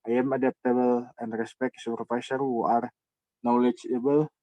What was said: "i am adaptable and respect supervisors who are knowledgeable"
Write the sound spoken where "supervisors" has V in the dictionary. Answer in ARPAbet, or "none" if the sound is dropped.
F